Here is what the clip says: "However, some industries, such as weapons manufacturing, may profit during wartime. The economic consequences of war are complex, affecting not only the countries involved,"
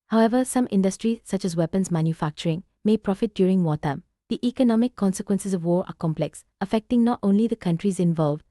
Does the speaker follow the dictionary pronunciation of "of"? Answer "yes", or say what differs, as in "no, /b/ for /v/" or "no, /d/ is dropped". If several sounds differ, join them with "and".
yes